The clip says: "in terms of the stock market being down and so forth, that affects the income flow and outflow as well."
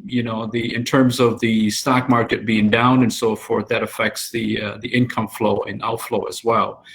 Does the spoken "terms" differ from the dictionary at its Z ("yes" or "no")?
no